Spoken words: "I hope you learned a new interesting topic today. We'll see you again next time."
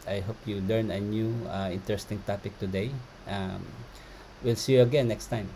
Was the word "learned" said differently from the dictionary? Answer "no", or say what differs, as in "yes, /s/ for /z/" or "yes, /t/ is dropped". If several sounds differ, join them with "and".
yes, /d/ is dropped